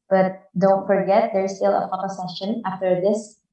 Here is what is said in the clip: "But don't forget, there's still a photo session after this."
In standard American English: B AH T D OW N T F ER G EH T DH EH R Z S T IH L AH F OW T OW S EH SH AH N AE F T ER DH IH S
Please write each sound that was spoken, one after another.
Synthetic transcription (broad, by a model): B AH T D OW N T F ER G EH T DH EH R S T IH L AH P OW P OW S EH SH AH N AE F T ER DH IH S